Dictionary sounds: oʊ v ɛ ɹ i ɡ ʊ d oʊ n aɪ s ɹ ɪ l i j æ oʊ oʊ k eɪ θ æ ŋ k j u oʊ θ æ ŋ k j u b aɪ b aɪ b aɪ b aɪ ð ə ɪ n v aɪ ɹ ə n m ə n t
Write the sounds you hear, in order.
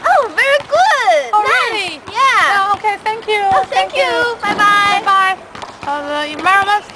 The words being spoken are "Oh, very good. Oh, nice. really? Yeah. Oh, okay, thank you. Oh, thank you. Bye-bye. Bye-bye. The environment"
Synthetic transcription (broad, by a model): oʊ v ɛ ɹ i ɡ ʊ d oʊ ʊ ɹ ɪ l i j æ oʊ oʊ k eɪ θ æ ŋ k j u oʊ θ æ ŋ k j u b aɪ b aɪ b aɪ b aɪ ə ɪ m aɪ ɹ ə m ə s